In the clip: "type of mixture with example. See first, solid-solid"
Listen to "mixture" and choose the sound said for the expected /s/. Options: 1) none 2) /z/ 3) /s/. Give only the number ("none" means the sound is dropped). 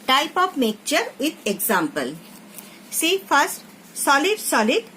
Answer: 1